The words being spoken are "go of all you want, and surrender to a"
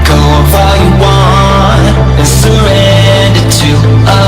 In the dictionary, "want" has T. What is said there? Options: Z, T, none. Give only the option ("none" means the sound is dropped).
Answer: none